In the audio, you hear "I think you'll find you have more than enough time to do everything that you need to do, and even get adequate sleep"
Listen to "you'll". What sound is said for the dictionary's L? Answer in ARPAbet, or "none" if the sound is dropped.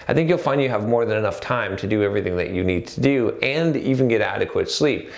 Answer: L